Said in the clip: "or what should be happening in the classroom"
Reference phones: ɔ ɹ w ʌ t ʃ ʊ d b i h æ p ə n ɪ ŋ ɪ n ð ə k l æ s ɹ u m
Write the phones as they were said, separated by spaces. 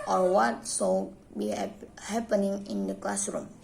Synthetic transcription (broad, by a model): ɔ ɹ w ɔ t s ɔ b i h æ p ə n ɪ ŋ ɪ n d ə k l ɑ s ɹ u m